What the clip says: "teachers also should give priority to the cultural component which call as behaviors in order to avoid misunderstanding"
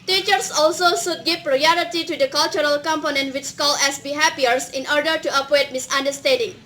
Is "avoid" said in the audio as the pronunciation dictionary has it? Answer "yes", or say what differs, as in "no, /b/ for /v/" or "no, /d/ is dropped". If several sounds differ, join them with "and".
no, /w/ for /v/